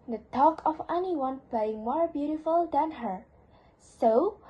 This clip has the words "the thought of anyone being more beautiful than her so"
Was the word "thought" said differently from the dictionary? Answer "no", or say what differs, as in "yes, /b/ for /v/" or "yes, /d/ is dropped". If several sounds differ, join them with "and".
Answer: yes, /t/ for /θ/